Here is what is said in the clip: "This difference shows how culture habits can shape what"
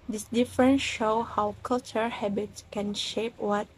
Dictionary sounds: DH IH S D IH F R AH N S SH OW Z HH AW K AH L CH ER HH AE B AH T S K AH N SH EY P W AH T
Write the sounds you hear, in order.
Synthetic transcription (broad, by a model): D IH S D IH F R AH N S SH OW HH AW K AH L CH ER HH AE B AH T S K AH N SH EY P W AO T